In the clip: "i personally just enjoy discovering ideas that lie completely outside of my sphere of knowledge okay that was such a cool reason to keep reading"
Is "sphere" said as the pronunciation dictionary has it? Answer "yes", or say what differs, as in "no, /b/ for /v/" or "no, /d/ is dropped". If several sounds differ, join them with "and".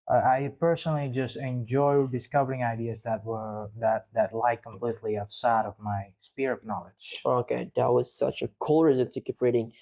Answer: no, /p/ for /f/